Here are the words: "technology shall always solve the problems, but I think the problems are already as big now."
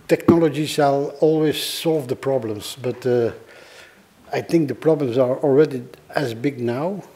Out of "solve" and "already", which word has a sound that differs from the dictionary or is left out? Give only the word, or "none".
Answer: none